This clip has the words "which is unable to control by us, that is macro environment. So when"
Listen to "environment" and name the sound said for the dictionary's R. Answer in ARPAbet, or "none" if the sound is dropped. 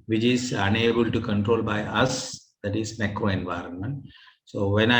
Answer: R